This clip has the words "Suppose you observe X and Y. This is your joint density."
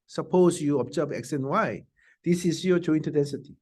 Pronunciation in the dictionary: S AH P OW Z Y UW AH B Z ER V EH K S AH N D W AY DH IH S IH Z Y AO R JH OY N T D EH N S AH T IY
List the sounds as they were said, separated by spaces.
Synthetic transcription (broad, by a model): S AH P OW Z Y UW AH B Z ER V EH K S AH N W AY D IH S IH S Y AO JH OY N T D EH N S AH T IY